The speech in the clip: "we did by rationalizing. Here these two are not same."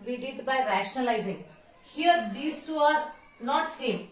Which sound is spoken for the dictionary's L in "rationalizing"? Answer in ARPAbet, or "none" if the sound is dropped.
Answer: L